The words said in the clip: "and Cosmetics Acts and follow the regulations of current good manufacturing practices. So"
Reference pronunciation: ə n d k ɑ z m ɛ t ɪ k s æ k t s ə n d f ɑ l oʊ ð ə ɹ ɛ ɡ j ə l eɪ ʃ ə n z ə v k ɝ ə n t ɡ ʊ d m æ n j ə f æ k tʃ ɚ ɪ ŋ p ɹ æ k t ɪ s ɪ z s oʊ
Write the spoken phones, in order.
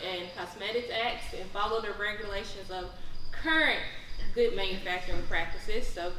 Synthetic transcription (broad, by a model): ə n k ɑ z m ɛ t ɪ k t æ k t s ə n f ɑ l oʊ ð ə ɹ ɛ ɡ j ə l eɪ ʃ ə n z ə v k ɝ ə n t ɡ ʊ d m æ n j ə f æ k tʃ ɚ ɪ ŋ p ɹ æ k t ɪ s ɪ z s oʊ